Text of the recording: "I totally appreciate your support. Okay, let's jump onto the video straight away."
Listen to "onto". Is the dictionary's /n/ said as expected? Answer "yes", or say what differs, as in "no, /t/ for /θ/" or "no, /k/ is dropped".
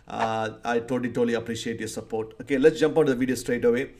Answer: no, /n/ is dropped